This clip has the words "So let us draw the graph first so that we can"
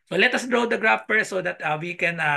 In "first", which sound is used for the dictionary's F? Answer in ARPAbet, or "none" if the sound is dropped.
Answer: P